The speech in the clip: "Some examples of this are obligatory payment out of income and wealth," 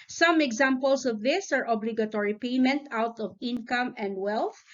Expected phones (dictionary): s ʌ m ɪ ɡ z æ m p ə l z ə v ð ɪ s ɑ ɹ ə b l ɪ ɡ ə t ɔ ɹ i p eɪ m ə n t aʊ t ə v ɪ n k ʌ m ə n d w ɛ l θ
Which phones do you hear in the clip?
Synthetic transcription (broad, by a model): s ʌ m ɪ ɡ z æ m p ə l s ə v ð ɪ s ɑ ɹ ə b l ɪ ɡ ə t ɔ ɹ i p eɪ m ə n t aʊ t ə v ɪ n k ʌ m ə n d w ɛ l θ